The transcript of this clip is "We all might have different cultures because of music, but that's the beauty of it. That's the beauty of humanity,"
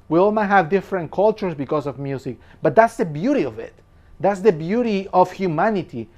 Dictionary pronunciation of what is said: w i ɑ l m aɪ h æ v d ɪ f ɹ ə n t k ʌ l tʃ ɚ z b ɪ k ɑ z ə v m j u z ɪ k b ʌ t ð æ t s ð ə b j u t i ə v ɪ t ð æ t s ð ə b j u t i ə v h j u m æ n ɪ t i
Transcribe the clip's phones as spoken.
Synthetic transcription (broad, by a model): w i ɑ l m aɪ h æ v d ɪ f ɹ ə n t k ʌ l tʃ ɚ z b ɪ k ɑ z ə v m j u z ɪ k b ʌ t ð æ t s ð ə b j u t i ə v ɪ t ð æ t s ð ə b j u t i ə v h j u m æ n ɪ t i